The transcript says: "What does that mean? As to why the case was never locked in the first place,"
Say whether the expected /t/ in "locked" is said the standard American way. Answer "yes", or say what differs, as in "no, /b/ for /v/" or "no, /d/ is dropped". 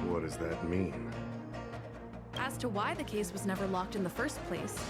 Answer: yes